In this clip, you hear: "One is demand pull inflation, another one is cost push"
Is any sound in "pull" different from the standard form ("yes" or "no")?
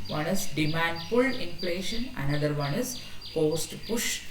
yes